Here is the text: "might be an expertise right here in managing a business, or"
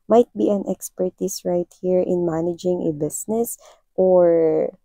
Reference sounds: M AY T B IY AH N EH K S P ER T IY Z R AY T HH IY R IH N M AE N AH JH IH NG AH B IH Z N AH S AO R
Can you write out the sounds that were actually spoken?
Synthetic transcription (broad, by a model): M AY T B IY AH N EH K S P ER T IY S R AY T HH IY R IH N M AE N AH JH IH NG AH B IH S N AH S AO R